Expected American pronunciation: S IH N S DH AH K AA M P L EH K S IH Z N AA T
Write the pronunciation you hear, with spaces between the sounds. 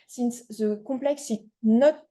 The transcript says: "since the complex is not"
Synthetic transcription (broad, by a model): S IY N S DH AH K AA P L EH K S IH N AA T